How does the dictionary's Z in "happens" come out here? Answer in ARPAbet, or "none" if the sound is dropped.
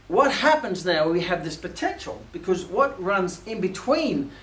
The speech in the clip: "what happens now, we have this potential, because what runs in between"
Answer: Z